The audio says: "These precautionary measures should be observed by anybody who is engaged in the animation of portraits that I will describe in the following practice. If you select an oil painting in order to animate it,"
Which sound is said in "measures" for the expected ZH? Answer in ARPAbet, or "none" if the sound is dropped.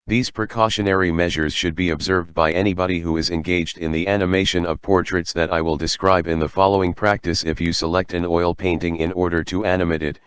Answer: ZH